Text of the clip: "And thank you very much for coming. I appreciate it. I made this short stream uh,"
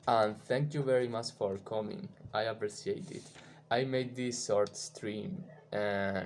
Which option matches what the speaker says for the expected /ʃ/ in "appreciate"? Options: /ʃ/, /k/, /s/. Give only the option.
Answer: /s/